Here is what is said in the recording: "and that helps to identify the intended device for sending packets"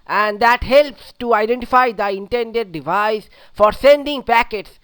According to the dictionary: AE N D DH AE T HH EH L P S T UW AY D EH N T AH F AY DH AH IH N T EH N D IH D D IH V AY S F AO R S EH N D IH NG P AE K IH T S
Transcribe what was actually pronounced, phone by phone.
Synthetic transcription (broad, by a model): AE N D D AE T HH EH L P S T UW AY D EH N T AH F AY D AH IH N T EH N D IH D D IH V AY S F AO R S EH N D IH NG P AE K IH T S